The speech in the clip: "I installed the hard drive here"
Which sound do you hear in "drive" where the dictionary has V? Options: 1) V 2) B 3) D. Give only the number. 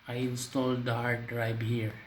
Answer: 2